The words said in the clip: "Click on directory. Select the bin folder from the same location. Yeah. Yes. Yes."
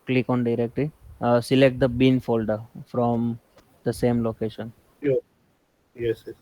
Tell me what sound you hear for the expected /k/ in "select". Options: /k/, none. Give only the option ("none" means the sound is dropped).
/k/